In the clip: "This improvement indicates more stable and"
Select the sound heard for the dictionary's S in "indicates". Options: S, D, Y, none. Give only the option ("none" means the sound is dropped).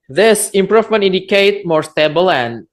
none